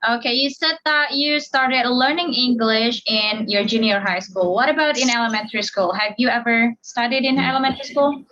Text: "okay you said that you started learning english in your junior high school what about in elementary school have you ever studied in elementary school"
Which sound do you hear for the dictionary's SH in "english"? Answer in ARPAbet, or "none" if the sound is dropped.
SH